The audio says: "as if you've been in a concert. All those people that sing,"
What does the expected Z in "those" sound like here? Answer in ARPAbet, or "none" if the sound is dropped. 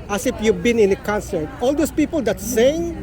S